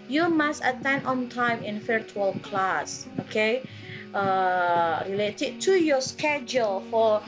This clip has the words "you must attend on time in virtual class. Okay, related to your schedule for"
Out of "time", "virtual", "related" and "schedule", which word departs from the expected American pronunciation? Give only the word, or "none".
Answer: virtual